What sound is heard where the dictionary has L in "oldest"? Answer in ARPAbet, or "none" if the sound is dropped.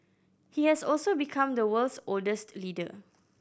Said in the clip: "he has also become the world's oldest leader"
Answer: L